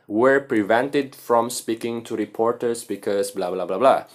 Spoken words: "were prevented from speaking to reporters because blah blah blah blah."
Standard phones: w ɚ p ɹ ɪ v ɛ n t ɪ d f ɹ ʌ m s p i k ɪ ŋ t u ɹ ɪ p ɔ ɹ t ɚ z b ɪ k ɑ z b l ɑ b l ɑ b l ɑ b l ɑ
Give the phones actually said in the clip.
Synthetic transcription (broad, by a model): w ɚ p ɹ ɪ v ɛ n t ɪ d f ɹ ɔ m s p i k ɪ ŋ t u ɹ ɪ p ɔ ɹ t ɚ s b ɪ k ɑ s b l ɑ b l ɑ b l ɑ b l ɑ